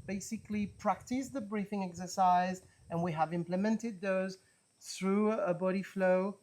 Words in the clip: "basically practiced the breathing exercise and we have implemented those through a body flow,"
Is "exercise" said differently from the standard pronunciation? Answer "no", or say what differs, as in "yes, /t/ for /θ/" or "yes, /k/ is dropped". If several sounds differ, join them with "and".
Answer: no